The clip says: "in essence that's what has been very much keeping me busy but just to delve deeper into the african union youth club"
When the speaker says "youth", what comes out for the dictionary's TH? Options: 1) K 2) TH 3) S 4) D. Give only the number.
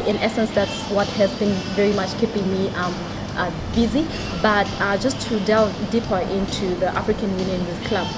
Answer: 3